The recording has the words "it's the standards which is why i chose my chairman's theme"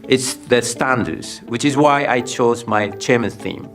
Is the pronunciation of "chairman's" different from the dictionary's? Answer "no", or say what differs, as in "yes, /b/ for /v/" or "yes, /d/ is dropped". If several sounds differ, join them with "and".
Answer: yes, /z/ is dropped